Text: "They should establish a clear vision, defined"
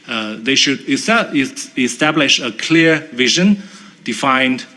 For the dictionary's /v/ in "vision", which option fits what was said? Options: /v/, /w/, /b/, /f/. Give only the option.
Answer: /v/